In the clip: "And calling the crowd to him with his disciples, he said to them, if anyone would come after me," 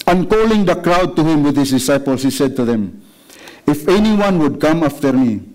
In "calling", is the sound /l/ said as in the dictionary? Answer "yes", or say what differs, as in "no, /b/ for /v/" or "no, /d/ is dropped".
yes